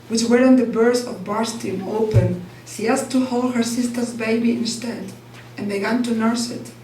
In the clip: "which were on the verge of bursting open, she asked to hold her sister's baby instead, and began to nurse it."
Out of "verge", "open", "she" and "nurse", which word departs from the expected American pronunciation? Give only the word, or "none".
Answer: verge